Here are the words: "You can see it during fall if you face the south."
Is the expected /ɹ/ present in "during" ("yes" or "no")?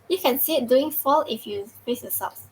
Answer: no